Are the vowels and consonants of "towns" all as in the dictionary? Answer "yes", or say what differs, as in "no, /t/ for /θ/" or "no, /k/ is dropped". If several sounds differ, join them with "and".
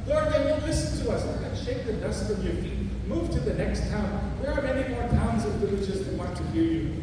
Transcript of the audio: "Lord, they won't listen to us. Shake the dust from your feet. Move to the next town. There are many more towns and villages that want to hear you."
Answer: yes